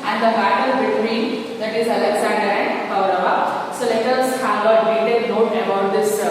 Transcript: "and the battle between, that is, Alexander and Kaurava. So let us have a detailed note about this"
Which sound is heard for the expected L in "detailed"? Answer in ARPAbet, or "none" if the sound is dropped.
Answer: none